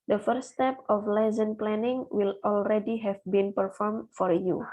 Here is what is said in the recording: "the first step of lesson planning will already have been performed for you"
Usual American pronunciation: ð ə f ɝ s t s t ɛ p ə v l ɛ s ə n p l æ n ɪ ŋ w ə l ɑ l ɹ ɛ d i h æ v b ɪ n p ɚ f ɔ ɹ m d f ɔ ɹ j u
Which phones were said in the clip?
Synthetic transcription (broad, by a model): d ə f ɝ t s t ɛ p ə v l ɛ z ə n p l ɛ n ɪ ŋ w ə l ɑ l ɹ ɛ d i h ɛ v b ɪ n p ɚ f ɔ ɹ m f ɔ ɹ j u